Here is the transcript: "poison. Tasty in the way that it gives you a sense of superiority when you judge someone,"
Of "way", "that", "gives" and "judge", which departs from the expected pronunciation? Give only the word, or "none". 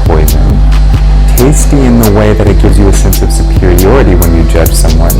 none